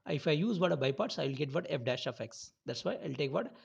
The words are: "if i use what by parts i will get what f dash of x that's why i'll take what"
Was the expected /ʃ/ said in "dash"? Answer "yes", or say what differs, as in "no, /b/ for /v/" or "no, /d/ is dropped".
yes